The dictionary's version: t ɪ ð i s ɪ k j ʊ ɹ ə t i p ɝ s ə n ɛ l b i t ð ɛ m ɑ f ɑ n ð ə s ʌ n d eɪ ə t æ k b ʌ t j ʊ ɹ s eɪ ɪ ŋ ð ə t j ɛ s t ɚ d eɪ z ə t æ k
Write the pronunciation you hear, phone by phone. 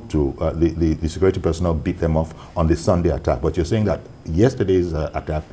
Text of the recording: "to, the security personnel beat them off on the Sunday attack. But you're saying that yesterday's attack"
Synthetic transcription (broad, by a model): t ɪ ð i s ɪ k j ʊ ɹ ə t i p ɝ s ə n ɛ l b i t ð ɛ m ɑ f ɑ n ð ə s ʌ n d eɪ ə t æ k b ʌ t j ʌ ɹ s eɪ ɪ ŋ ð ə t j ɛ s t ɚ d eɪ z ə t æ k